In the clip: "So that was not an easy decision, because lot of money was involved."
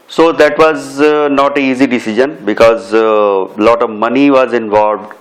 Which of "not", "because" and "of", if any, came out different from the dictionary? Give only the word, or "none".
none